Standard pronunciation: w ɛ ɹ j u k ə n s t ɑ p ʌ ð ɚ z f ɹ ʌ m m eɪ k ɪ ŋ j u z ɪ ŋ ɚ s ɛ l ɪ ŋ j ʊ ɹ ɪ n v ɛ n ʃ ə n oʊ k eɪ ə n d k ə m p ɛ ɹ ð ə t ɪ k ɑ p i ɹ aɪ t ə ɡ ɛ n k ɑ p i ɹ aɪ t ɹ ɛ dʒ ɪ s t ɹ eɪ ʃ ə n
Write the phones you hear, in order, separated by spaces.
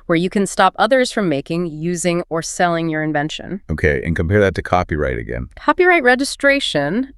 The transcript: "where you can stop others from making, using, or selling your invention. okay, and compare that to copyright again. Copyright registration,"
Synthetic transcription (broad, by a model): w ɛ ɹ j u k ə n s t ɑ p ʌ ð ɚ z f ɹ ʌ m m eɪ k ɪ ŋ j u z ɪ ŋ ɚ s ɛ l ɪ ŋ j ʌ ɹ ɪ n v ɛ n ʃ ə n oʊ k eɪ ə n k ə m p ɛ ɹ ð ə t ɪ k ɑ p i ɹ aɪ t ə ɡ ɛ n k ɑ p i ɹ aɪ t ɹ ɛ dʒ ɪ s t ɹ eɪ ʃ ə n